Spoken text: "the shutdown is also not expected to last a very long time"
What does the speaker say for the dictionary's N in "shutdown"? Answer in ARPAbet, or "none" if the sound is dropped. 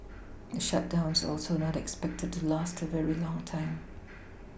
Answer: N